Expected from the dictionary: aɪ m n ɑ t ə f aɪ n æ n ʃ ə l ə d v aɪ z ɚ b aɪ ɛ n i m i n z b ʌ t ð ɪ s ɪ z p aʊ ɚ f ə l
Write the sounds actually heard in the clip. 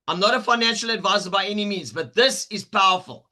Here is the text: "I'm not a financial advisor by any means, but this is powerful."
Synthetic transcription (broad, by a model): aɪ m n ɑ t ə f aɪ n æ n ʃ ə l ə d v aɪ z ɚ b aɪ ɛ n i m i n z b ʌ t ð ɪ s ɪ z p aʊ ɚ f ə l